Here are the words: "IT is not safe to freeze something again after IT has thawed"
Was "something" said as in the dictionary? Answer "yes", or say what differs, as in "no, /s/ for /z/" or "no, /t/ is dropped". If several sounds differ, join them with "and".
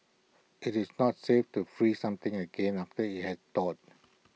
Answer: no, /t/ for /θ/